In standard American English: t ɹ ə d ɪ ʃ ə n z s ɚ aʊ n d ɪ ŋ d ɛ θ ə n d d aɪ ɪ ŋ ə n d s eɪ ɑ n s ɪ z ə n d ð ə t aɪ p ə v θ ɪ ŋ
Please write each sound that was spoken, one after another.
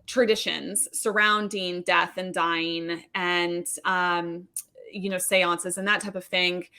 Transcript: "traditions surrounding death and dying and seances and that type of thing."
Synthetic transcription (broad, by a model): t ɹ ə d ɪ ʃ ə n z s ɚ aʊ n d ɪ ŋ d ɛ θ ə n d d aɪ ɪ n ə n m s eɪ ɑ n s ɪ z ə n ð ə t aɪ p ə v θ ɪ ŋ